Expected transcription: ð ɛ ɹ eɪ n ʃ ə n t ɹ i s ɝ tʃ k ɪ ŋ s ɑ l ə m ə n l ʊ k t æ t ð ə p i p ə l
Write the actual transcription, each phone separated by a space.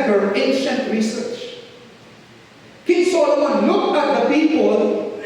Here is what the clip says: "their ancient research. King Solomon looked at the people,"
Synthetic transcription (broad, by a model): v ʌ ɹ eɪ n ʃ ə n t ɹ i s ɝ tʃ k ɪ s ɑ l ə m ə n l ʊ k æ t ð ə p i p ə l